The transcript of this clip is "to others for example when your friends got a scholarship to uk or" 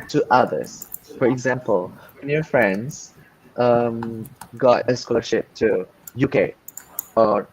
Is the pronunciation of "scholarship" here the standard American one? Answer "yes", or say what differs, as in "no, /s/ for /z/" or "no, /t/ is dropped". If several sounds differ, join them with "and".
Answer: yes